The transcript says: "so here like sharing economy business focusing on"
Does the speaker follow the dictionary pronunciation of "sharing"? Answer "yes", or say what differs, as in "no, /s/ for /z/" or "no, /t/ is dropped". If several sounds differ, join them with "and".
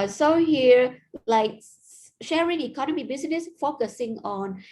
yes